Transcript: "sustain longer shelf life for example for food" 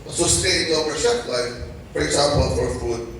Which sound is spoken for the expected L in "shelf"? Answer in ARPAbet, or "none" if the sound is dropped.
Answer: none